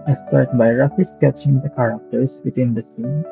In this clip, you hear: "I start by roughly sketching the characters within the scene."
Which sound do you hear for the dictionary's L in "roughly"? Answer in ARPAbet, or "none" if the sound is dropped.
none